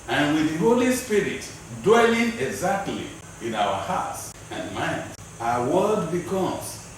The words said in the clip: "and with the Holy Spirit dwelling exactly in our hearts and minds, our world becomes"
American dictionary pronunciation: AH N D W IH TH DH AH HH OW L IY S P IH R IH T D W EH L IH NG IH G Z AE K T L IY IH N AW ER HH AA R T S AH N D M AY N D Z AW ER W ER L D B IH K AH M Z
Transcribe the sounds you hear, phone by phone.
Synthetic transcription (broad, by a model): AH N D W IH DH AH HH OW L IY S P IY R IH T D W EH L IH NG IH G Z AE K T L IY IH N AW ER HH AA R T S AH N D M AY N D AW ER W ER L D B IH K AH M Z